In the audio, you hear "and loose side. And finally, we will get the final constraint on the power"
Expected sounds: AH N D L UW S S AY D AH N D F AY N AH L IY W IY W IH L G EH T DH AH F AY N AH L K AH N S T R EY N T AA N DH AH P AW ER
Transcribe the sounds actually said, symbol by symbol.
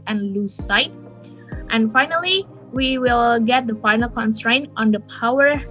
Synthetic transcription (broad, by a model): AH N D L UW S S AY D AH N F AY N AH L IY W IY W IH L G EH T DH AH F AY N AH L K AH N S T R EY N T AA N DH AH P AW ER